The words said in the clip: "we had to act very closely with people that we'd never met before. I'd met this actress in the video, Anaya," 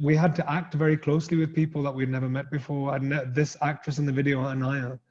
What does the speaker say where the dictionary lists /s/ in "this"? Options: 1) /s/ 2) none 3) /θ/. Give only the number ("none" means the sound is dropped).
1